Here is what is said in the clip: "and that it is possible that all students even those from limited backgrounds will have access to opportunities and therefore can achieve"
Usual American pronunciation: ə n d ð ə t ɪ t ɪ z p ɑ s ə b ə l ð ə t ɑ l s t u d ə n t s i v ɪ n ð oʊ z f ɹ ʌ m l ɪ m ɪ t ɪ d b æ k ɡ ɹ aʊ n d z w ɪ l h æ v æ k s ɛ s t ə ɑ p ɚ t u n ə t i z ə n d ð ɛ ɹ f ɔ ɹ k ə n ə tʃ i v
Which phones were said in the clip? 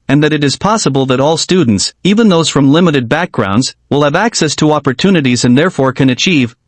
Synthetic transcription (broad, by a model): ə n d ð ə t ɪ t ɪ z p ɑ s ə b ə l ð ə t ɑ l s t u d n t s i v ɪ n ð oʊ z f ɹ ʌ m l ɪ m ɪ t ɪ d b æ k ɡ ɹ aʊ n d z w ɪ l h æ v æ k s ɛ s t ə ɑ p ɚ t u n ə t i z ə n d ð ɛ ɹ f ɔ ɹ k ə n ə tʃ i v